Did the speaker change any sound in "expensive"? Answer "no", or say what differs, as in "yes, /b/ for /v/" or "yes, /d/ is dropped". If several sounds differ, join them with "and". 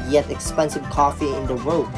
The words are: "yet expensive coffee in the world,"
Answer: no